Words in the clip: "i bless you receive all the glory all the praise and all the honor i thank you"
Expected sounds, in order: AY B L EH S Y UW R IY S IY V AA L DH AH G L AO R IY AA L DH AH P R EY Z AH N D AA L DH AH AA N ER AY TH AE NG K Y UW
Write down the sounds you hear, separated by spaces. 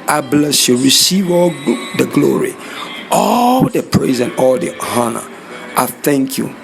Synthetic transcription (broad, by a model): AY B L EH S Y UW R IY S IY V AA L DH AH G L AO R IY AA L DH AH P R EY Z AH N AA L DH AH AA N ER AY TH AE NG K Y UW